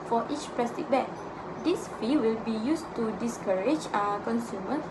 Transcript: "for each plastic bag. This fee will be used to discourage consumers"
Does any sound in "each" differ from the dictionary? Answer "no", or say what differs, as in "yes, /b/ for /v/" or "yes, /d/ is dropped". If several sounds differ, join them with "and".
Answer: no